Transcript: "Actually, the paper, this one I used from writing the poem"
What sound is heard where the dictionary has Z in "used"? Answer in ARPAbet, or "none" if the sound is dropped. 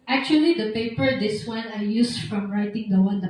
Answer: S